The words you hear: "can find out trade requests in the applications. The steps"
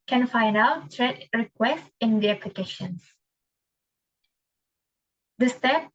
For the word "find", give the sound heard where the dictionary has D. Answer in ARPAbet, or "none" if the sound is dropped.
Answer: none